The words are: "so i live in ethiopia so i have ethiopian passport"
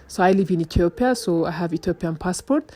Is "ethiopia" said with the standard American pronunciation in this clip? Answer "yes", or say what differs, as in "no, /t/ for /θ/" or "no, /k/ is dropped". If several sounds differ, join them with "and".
no, /t/ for /θ/